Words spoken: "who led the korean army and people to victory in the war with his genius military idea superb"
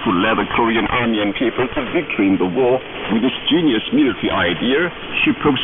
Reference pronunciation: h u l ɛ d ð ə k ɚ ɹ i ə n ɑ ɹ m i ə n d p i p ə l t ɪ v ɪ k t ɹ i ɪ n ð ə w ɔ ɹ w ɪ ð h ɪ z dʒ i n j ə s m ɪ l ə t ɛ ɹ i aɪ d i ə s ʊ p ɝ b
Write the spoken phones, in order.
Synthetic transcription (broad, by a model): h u l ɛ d ð ə k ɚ ɹ i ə n ɑ ɹ m i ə n p i p ə l t ɪ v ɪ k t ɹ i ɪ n ð ə w ɔ ɹ w ɪ ð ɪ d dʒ i n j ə s m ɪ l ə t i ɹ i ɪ d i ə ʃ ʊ p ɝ